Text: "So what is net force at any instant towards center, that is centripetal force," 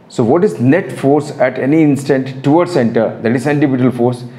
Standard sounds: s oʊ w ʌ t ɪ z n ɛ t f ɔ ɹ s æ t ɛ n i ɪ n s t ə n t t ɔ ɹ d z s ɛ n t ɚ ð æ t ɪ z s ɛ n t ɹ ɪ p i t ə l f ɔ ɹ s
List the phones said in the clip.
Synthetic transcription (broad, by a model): s oʊ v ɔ t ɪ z n ɛ t f ɔ ɹ s æ t ɛ n i ɪ n s t ə n t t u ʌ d s ɛ n t ɚ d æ t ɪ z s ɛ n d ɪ b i t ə l f ɔ ɹ s